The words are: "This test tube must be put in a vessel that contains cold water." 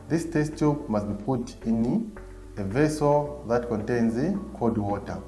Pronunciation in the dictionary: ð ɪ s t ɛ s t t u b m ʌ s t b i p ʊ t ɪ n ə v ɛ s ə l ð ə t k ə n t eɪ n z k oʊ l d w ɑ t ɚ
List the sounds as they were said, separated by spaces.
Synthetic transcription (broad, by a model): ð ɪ s t ɛ s t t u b m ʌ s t b i p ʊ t ɪ n ə v ɛ s ə l ð ə t k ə n t eɪ n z k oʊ d w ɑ t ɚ